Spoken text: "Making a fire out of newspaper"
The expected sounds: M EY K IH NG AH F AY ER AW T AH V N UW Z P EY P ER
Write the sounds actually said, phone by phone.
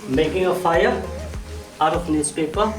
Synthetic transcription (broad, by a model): M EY K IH NG AH F AY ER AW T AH P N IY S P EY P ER